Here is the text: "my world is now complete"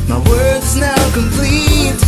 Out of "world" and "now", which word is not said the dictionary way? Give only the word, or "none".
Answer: world